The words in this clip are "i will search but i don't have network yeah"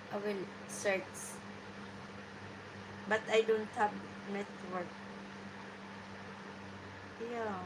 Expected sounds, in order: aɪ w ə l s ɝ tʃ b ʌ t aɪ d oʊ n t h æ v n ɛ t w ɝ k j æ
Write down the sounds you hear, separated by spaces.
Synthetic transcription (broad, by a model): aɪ w ə l s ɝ s b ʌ t aɪ d oʊ n t h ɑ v n ɛ t w ɝ k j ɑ